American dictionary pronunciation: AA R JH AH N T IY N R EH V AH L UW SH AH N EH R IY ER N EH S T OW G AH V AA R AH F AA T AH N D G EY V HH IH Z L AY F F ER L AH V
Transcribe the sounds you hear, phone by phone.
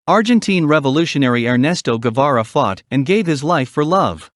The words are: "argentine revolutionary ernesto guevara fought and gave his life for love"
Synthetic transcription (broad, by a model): AA R JH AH N T IY N R EH V AH L UW SH AH N EH R IY ER N EH S T OW G AH V AA R AH F AA T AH N G EY V HH IH Z L AY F F ER L AH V